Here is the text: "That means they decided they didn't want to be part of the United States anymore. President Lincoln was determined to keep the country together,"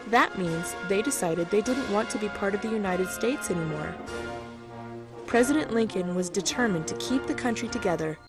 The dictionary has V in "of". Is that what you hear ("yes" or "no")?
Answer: yes